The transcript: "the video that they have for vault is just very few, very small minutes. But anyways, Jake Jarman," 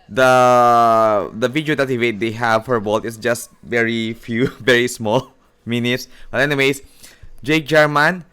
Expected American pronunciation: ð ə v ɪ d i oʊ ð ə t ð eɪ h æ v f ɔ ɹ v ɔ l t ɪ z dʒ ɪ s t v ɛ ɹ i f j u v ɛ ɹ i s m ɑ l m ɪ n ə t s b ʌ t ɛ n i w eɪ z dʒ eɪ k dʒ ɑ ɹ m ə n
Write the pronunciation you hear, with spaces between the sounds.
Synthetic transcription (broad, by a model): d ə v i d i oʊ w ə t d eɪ h æ v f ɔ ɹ b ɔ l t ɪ s dʒ ɪ s t v ɛ ɹ i f j u v ɛ ɹ i s m ɑ l m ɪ n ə t s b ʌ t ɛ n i w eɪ s dʒ eɪ k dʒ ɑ ɹ m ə n